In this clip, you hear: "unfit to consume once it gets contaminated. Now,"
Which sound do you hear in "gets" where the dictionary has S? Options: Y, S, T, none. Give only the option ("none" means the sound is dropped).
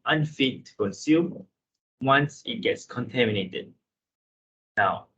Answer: S